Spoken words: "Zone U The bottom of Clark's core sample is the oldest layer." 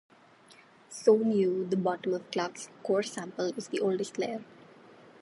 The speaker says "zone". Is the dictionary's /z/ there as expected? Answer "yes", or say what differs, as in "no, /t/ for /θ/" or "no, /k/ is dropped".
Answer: no, /s/ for /z/